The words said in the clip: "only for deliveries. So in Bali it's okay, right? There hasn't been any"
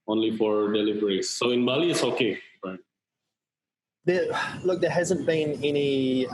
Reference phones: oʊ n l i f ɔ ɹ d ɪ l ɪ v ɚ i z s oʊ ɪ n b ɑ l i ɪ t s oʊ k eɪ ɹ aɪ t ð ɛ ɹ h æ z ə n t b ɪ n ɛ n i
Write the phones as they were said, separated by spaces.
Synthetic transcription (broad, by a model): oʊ n l i f ɔ ɹ d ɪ l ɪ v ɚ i s oʊ ɪ n b ɑ l i ɪ t s oʊ k eɪ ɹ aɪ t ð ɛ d h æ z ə n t b ɪ n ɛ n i